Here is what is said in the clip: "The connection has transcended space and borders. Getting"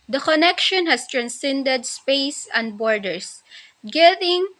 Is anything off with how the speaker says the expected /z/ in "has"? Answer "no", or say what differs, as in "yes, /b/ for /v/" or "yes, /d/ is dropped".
yes, /s/ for /z/